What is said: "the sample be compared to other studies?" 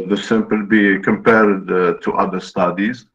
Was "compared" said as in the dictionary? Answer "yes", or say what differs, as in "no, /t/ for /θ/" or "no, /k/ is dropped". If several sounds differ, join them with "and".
yes